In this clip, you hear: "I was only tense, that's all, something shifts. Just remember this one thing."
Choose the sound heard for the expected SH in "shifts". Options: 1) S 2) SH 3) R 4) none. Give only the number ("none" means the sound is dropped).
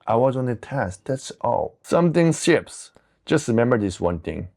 1